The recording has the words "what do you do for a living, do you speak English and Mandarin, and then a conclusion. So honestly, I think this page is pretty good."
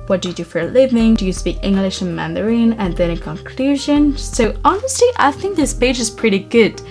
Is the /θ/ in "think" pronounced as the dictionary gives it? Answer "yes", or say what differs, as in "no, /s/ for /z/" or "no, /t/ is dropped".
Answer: yes